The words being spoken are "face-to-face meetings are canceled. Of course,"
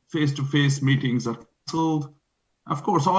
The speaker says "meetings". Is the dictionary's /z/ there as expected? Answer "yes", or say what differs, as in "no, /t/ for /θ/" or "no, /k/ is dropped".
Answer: yes